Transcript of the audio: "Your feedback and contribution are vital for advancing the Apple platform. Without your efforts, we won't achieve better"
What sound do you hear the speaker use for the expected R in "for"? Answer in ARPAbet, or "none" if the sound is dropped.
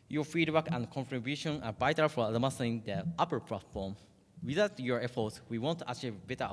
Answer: L